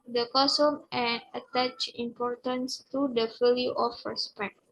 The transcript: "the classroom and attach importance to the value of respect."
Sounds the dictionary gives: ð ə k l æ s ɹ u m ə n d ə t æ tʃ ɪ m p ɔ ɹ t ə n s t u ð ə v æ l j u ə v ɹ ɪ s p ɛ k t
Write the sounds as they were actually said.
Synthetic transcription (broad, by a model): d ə k ɔ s u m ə n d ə t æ tʃ ɪ m p ɔ ɹ t ə n s t u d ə f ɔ l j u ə f ɹ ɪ s p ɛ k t